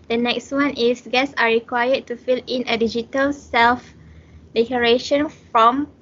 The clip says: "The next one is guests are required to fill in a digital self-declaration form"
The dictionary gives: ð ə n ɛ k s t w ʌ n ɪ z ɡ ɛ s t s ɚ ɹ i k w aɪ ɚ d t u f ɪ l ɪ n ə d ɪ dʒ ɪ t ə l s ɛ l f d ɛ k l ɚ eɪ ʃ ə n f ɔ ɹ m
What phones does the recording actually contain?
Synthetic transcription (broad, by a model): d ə n ɛ k s t w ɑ n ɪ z ɡ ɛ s s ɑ ɹ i k w aɪ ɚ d t u f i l ɪ n ə d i dʒ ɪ t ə l s ɛ l f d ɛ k ɚ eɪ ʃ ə n f ɔ m